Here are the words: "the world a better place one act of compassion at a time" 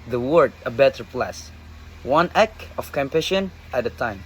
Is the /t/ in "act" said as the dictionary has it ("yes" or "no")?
no